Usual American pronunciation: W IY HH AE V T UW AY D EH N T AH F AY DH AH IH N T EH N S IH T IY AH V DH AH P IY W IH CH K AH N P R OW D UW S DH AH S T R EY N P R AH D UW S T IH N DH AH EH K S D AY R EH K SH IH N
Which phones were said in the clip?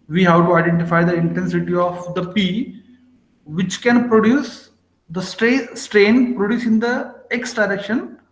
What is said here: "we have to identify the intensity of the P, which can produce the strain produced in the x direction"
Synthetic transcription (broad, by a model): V IY HH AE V T UW AY D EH N T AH F AY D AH IH N T EH N S IH T IY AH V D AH P IY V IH CH K AH N P R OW D UW S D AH S T R EY N P R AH D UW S IH N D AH EH K S D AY R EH K SH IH N